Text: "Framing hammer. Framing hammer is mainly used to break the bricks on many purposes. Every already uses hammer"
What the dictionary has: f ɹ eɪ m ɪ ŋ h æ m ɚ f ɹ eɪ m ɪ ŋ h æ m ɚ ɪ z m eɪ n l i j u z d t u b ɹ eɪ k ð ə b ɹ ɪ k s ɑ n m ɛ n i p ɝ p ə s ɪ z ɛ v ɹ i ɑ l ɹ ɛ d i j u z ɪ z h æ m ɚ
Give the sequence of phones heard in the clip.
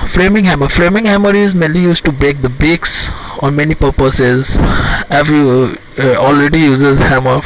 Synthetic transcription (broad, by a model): f ɹ eɪ m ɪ ŋ h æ m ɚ f ɹ eɪ m ɪ ŋ h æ m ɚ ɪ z m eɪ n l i j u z t u b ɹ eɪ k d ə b ɪ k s ɑ n m ɛ n i p ɝ p ə s ɪ z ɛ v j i ɑ l ɹ ɛ d i j u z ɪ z h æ m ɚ